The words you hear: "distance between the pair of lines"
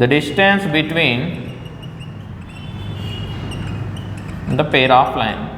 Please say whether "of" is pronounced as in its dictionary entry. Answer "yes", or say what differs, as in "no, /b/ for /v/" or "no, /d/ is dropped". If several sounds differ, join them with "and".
no, /p/ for /v/